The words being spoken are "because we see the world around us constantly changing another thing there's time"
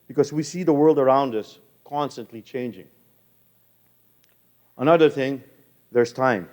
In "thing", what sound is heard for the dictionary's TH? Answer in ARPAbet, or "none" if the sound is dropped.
TH